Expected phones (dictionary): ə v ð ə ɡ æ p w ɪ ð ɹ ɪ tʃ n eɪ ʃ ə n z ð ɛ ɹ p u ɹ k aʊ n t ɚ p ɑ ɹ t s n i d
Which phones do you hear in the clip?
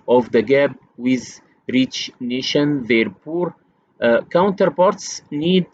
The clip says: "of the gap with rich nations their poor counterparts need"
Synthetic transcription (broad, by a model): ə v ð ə ɡ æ b w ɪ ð ɹ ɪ tʃ n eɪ ʃ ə n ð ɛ ɹ p u ɹ k aʊ n t ɚ p ɑ ɹ t s n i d